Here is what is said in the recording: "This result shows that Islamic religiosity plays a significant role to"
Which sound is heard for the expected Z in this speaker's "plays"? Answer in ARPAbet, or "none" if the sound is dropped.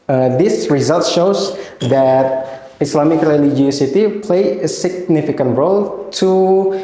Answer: none